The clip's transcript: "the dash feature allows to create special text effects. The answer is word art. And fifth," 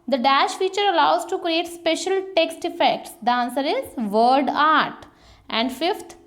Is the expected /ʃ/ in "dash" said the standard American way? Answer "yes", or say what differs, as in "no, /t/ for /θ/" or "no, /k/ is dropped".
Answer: yes